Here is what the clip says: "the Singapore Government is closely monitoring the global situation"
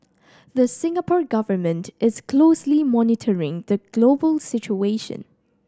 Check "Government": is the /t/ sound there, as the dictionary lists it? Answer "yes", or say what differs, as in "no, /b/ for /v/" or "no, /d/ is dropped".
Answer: yes